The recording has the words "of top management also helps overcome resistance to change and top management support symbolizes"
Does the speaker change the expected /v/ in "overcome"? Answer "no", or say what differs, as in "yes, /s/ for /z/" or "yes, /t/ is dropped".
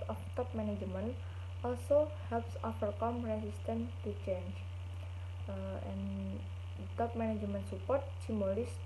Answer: yes, /f/ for /v/